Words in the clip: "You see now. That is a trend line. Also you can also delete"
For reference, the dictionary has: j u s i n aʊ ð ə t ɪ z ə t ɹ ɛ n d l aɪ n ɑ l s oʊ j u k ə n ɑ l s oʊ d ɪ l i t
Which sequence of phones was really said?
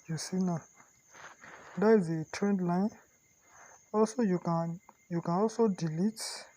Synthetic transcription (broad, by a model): j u s i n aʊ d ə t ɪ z ə t ɹ ɛ n d l aɪ n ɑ l s oʊ j u k ə n ɑ l s oʊ d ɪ l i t